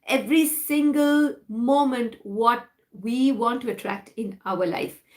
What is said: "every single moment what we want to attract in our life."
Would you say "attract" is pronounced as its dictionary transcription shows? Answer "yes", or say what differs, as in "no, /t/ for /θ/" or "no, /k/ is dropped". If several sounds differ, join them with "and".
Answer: yes